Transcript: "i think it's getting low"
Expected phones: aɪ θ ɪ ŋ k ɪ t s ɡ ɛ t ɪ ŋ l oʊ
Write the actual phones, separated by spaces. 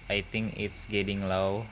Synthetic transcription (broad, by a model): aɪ t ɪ ŋ k ɪ t s ɡ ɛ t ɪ ŋ l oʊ